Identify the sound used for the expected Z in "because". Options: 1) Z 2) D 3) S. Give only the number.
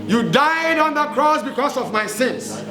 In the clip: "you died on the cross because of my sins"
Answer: 3